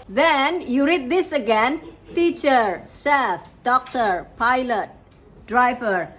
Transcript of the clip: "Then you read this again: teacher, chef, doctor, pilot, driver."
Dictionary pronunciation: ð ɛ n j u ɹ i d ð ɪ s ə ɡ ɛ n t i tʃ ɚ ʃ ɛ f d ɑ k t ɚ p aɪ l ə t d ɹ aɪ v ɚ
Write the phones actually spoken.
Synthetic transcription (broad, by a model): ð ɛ n j u ɹ i d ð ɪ s ə ɡ ɛ n t i tʃ ɚ s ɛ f d ɑ k t ɚ p aɪ l ə t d ɹ aɪ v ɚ